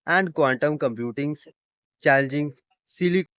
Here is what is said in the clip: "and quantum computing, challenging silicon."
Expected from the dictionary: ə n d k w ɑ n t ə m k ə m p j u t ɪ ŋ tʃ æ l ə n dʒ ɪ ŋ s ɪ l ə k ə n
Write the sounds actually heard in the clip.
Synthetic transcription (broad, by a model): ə n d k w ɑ n t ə m k ə m p j u t ɪ ŋ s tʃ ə l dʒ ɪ ŋ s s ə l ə